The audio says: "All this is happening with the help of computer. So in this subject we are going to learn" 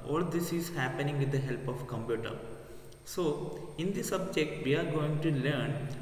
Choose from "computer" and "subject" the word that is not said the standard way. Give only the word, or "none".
none